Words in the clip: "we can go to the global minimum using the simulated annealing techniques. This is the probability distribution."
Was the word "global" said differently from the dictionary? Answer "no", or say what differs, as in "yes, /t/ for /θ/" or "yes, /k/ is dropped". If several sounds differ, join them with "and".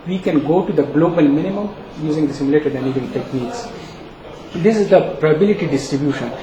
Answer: no